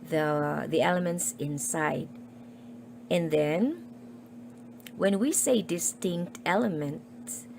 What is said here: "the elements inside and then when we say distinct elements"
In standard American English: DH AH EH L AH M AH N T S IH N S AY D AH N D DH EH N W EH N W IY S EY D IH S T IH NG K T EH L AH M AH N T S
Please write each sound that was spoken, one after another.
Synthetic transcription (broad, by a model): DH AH EH L AH M AH N T S IH N S AY D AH N DH EH N W EH N W IY S EY D IH S T IH NG K T EH L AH M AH N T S